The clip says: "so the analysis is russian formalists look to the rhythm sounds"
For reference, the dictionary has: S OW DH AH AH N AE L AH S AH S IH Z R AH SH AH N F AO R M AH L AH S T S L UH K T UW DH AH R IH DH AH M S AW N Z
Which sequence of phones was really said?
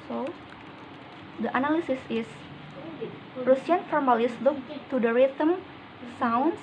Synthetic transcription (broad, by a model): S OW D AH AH N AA L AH S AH S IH S R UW S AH N F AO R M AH L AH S S L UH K T UW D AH R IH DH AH M S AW N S